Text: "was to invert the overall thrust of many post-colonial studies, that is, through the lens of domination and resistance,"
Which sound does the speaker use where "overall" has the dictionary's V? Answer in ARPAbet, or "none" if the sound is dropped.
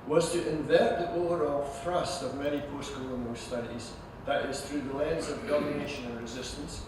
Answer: none